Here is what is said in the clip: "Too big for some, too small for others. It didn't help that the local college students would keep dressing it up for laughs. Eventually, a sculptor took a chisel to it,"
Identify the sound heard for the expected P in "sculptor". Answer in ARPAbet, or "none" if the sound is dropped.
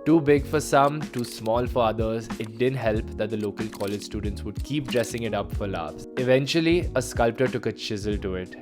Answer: P